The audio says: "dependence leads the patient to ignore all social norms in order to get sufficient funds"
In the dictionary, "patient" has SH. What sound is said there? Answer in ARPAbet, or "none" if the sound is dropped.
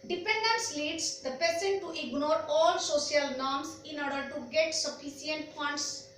S